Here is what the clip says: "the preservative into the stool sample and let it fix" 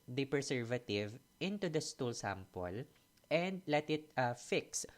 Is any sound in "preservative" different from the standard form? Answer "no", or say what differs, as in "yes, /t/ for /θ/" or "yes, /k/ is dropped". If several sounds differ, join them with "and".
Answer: yes, /ɹ/ is dropped and /s/ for /z/